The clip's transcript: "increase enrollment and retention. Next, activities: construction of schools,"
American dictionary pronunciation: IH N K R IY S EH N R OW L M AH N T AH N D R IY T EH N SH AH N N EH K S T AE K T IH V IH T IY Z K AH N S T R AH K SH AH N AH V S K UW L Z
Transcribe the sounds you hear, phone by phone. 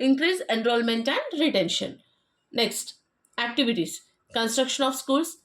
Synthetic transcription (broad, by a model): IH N K R IY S EH N R OW L M AH N T AH N D R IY T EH N SH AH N N EH K S T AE K T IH V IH T IY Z K AH N S T R AH K SH AH N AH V S K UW L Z